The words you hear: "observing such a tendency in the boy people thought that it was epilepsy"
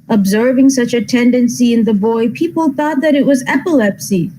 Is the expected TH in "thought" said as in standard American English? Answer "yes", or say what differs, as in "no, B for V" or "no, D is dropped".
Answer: yes